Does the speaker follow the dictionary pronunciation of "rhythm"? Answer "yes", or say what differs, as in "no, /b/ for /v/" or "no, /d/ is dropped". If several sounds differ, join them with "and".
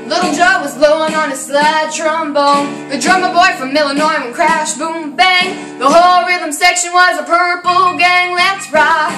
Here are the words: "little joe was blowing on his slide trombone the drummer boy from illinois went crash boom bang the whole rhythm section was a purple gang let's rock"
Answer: yes